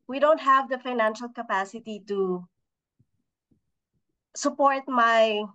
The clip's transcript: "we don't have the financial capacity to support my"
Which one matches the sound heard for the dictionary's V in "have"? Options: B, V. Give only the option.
V